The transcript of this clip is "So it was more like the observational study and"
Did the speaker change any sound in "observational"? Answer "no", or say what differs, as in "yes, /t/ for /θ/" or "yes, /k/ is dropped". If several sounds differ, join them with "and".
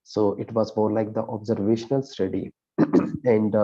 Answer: no